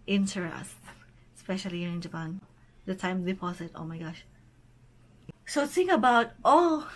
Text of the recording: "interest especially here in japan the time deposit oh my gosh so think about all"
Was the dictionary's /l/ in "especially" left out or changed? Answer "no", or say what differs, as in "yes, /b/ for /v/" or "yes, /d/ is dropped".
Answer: yes, /l/ is dropped